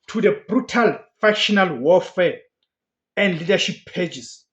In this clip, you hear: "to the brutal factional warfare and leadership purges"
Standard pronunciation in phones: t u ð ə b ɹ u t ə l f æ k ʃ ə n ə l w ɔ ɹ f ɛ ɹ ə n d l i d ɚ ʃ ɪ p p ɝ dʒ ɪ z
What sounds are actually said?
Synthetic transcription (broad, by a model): t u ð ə b ɹ u t ə l f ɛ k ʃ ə n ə l w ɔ l f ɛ ə n d l i d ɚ ʃ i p p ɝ dʒ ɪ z